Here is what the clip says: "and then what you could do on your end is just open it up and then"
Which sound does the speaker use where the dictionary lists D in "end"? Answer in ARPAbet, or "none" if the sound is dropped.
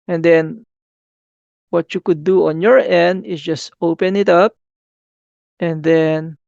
D